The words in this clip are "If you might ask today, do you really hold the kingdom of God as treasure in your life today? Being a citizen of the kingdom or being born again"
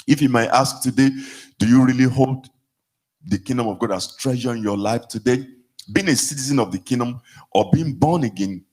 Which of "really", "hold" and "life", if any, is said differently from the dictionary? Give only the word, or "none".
none